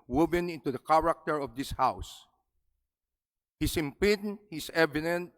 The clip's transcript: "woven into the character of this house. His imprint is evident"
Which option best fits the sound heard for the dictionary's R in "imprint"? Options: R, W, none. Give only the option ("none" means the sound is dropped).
none